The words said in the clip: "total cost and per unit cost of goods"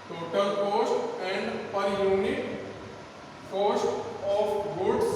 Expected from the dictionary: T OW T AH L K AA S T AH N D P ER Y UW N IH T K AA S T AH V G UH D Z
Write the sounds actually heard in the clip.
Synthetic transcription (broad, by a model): T OW T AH L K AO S T AH N D P ER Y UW N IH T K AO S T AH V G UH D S